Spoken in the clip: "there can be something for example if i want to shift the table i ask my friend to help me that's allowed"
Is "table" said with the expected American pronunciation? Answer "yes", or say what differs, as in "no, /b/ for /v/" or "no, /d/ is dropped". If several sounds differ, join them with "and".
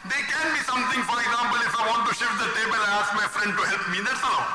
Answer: yes